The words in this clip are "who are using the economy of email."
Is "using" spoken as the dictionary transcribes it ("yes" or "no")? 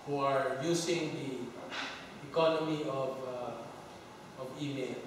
no